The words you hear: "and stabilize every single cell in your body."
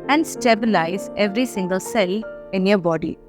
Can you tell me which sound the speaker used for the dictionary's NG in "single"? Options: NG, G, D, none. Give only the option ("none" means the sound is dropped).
NG